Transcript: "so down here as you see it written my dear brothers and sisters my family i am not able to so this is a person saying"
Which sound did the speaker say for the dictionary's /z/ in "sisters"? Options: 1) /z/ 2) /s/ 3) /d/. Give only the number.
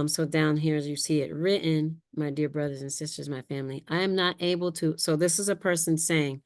1